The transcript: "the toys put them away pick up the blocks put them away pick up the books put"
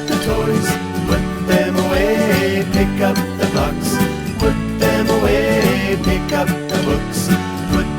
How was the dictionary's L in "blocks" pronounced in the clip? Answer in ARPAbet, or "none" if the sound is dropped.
none